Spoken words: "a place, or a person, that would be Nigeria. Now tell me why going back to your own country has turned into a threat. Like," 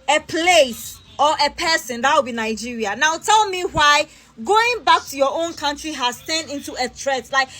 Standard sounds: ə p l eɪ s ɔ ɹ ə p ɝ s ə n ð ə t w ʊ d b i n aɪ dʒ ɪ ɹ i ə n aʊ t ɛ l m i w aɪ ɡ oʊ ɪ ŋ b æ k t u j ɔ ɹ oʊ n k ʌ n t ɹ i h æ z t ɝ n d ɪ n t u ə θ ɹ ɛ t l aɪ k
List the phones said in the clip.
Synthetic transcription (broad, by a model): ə p l eɪ s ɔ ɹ ə p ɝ s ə n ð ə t w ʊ b i n aɪ dʒ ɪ ɹ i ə n aʊ t ɛ l m i w aɪ ɡ oʊ ɪ ŋ b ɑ k t u j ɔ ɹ oʊ n k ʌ n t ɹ i h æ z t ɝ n ɪ n t u ə t ɹ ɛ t l aɪ k